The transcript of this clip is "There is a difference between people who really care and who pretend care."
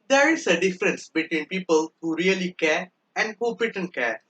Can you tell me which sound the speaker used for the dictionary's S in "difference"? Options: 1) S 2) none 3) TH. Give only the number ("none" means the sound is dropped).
1